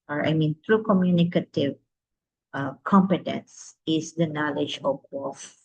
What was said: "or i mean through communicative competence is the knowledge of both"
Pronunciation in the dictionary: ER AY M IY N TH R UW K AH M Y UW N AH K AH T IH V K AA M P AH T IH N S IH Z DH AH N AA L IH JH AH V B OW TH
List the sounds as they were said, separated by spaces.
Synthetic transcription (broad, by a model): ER AY M IY N T R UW K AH M Y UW N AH K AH T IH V K AA M P AH T IH N S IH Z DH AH N AA L IH JH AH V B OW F